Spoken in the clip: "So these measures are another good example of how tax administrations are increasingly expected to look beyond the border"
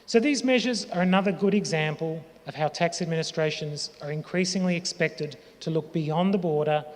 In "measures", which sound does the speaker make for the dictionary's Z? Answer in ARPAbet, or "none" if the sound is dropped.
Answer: Z